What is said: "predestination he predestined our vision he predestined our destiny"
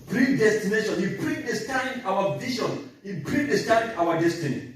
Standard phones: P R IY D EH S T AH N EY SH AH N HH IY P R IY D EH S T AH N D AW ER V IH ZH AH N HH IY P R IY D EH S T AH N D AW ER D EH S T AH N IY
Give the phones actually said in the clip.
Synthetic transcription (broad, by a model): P R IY D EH S T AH N EY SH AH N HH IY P R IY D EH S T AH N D AW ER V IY SH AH N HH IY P R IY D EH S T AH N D AW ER D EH S T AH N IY